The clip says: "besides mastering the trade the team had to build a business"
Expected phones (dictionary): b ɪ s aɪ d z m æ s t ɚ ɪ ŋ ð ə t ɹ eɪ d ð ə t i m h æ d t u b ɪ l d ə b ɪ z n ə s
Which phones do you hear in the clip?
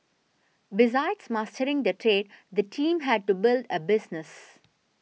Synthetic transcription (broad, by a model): b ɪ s aɪ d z m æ s t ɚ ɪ ŋ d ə t ɹ eɪ d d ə t i m h æ d t u b ɪ l d ə b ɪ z n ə s